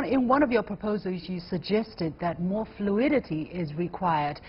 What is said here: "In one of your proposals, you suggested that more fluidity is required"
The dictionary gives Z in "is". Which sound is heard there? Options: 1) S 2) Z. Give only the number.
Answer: 2